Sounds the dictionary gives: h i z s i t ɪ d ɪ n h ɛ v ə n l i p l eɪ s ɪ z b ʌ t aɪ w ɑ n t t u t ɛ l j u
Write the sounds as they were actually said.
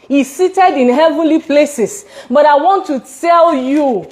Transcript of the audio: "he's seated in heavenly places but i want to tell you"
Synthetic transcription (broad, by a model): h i s i t ɪ d ɪ n h ɛ v ə n l i p l eɪ s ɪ s b ʌ t aɪ w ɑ n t t u t ɛ l j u